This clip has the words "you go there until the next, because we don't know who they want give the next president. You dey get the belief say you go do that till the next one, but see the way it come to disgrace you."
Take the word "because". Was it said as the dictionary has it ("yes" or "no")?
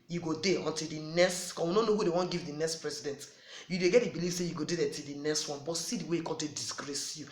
no